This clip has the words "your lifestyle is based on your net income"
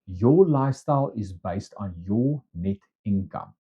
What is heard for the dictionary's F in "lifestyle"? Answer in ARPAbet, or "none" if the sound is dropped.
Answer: none